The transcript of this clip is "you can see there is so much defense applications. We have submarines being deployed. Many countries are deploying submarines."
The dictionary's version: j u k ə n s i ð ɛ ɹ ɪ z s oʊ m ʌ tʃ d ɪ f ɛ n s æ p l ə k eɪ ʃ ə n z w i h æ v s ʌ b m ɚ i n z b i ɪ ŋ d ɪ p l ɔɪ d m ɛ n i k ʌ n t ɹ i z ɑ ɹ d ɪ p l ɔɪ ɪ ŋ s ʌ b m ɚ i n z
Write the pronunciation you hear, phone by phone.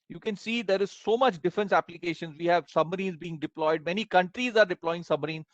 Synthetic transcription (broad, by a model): j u k ə n s i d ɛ ɹ ɪ z s oʊ m ʌ tʃ d ɪ f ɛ n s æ p l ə k eɪ ʃ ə n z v i h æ v s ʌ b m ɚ i n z b i ɪ ŋ d ɪ p l ɔɪ d m ɛ n i k ʌ n t ɹ i z ɑ ɹ d ɪ p l ɔɪ ɪ ŋ s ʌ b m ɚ i n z